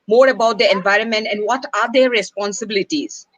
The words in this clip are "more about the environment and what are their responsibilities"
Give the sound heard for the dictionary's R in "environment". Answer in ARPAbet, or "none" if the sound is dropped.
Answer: R